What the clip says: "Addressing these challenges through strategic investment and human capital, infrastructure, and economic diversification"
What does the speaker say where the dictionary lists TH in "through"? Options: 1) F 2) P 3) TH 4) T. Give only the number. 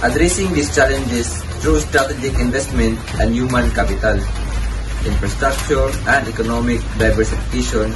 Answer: 4